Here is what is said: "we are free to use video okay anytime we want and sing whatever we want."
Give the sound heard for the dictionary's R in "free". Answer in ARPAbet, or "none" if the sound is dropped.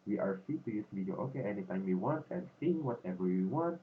none